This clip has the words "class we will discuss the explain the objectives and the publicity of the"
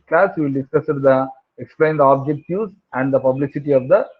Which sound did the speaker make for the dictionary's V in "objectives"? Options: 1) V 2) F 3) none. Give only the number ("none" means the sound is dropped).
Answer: 3